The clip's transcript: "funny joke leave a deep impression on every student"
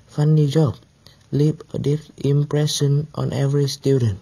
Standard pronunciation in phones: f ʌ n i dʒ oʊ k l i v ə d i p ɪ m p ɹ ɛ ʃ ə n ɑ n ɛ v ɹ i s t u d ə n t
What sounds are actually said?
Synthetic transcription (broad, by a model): f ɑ n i dʒ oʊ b l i p ə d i f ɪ m p ɹ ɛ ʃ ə n ɑ n ɛ v ɹ i s t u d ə n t